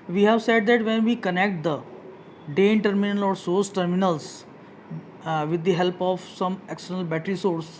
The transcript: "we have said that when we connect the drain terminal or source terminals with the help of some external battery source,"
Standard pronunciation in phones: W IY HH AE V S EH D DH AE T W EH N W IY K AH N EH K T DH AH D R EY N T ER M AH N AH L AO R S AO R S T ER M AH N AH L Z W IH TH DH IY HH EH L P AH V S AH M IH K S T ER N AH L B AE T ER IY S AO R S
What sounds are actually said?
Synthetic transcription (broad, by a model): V IY HH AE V S EH D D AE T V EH N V IY K AH N EH K T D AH D EY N T ER M AH N AH L AO R S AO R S T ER M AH N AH L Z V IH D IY HH EH L P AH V S AH M IH K S T ER N AH L B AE T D IY S AO R S